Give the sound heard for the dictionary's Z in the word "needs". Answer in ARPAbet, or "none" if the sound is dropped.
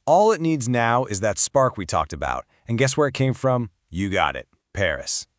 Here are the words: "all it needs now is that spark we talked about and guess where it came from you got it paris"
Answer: Z